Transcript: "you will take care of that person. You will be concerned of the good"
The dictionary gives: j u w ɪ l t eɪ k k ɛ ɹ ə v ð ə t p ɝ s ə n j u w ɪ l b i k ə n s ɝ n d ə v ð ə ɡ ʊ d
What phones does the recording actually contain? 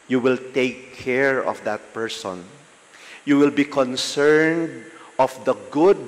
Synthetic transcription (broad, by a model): j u w ɪ l t eɪ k k ɛ ɹ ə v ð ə t p ɝ s ə n j u w ɪ l b i k ə n s ɝ n d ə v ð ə ɡ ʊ d